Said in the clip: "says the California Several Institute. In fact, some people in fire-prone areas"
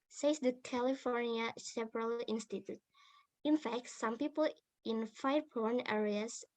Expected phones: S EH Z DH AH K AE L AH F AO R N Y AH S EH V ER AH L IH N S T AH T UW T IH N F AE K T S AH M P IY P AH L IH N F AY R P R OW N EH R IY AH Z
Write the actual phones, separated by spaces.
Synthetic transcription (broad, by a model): S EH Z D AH K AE L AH F AO R N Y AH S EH P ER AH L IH N S T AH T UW T IH N F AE K T S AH M P IY P AH L IH N F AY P OW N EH R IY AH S